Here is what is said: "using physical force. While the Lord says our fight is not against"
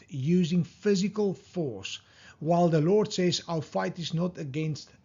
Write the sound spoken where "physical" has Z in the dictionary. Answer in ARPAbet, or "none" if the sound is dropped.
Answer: Z